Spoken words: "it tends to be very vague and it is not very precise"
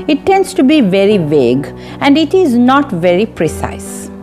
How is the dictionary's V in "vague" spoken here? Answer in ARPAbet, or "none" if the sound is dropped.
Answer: V